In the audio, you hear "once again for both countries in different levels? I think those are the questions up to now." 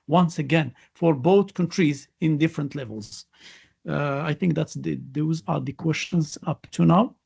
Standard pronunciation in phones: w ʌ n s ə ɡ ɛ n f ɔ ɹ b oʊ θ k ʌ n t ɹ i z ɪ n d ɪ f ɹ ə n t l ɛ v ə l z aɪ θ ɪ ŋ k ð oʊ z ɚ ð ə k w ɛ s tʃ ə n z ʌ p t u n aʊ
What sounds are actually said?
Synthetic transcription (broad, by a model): w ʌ n s ə ɡ ɛ n f ɔ ɹ b oʊ θ k ʌ n t ɹ i z ɪ n d ɪ f ɹ ə n t l ɛ v ə l z aɪ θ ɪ ŋ k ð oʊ z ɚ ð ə k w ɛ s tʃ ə n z ʌ p t u n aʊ